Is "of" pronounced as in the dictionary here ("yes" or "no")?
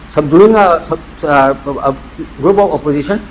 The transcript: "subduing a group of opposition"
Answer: no